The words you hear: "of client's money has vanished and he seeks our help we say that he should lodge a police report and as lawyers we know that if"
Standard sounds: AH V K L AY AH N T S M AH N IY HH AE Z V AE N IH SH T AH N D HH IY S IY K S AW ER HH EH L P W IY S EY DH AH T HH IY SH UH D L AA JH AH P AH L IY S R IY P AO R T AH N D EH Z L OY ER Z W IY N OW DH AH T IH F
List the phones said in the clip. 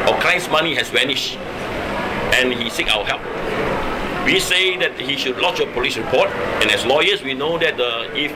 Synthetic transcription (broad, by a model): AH K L AY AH N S M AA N IY HH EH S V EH N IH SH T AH N HH IY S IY K AW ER HH EH L P W IY S EY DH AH T HH IY SH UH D L AA CH AH P AH L IY S R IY P AO T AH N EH S L OY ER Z W IY N OW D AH T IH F